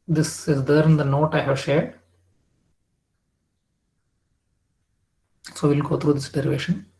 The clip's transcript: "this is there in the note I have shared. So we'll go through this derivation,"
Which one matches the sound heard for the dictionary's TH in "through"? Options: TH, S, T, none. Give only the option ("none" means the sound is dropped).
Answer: T